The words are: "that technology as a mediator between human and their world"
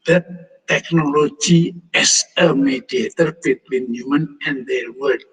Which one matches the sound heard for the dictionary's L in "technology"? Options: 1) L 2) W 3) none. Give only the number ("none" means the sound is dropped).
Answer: 1